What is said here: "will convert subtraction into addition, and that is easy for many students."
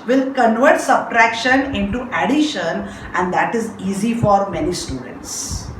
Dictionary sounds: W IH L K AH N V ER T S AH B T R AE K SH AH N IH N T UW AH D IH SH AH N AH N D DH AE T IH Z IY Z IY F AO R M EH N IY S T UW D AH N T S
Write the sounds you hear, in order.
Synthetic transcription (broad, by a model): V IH L K AH N V ER T S AH B T R AE K SH AH N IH N T UW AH D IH SH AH N AH N D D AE T IH Z IY Z IY F AO R M EH N IY S T UW D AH N T S